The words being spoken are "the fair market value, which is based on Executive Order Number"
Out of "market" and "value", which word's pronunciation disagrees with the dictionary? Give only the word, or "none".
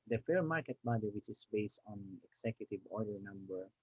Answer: value